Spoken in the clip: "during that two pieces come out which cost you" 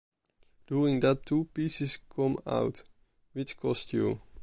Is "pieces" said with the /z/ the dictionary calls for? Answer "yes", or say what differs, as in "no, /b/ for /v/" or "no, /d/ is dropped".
no, /s/ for /z/